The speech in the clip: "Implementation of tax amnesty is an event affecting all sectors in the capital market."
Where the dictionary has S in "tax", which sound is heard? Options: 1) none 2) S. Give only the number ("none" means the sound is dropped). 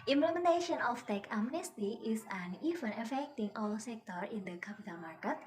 1